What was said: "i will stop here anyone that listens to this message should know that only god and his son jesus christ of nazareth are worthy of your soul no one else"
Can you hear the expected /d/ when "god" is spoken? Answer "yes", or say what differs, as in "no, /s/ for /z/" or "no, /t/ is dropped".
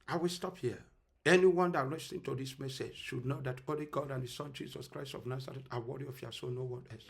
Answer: yes